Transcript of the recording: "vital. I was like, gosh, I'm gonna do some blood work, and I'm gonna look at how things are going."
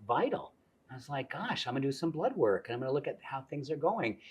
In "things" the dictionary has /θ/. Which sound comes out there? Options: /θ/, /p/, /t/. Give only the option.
/θ/